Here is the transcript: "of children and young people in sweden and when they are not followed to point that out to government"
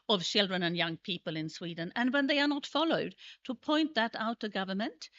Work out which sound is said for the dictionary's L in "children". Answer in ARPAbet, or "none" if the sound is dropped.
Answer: L